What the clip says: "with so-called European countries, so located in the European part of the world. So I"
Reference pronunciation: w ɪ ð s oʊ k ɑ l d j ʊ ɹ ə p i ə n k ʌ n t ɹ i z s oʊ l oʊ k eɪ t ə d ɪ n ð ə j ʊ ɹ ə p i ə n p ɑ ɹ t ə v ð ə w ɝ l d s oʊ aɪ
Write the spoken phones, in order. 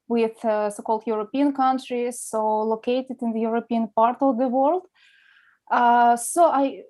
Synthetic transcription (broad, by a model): w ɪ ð s oʊ k ɑ l d j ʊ ɹ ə p i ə n k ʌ n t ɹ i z s oʊ l oʊ k eɪ t ə d ɪ n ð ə j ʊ ɹ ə p i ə n p ɑ ɹ t ə v ð ə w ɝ l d s oʊ aɪ